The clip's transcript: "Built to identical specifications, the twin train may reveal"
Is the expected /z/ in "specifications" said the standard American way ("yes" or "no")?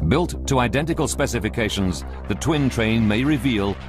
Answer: yes